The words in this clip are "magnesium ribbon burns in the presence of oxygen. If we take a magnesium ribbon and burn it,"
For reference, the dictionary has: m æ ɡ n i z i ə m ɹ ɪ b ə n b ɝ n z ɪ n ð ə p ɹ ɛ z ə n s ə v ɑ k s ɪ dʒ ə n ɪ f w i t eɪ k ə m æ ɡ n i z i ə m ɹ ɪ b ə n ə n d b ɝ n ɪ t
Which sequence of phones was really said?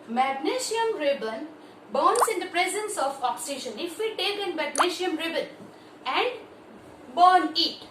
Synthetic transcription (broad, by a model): m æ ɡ n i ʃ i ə m ɹ ɪ b ə n b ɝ n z ɪ n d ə p ɹ ɛ z ə n s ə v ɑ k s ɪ ʃ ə n ɪ f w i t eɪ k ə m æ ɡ n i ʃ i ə m ɹ ɪ b ə n ə n d b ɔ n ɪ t